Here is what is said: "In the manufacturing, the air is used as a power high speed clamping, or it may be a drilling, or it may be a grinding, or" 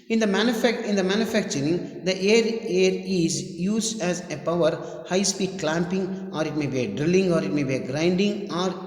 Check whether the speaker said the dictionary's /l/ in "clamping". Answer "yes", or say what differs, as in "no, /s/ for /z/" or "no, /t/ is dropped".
yes